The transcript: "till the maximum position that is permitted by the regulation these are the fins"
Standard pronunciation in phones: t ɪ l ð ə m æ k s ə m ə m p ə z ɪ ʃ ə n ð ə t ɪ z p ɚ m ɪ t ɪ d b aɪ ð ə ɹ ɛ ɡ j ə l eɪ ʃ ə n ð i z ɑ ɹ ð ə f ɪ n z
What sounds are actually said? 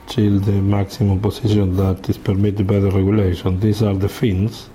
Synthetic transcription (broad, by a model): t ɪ l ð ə m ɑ k s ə m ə m p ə s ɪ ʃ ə n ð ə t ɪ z p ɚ m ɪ t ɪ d b aɪ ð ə ɹ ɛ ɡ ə l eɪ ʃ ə n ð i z ɑ ɹ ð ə f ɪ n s